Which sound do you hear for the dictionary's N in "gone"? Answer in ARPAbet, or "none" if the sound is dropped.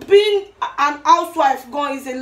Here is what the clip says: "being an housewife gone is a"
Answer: none